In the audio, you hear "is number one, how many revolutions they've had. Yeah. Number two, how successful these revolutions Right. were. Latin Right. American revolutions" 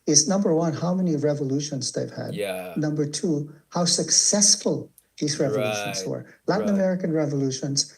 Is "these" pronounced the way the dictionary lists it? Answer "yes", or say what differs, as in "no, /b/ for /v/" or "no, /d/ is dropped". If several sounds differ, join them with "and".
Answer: yes